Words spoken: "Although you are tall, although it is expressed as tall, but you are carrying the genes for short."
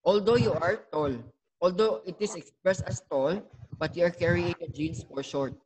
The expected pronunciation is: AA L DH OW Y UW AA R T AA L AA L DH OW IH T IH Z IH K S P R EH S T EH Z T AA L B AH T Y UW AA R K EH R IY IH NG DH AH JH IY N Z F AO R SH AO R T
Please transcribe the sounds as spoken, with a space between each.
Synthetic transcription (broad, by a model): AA L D OW Y UW AA R T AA L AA L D OW IH T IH S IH K S P R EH S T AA S T AA L B AH T Y UW AA R K EH R IY IH NG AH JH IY N S F AO R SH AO R T